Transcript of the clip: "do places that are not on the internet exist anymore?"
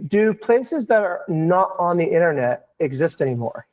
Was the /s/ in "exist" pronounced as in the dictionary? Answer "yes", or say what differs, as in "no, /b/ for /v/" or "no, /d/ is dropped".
yes